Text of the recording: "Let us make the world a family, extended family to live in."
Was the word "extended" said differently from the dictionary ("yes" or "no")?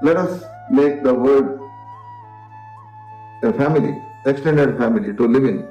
no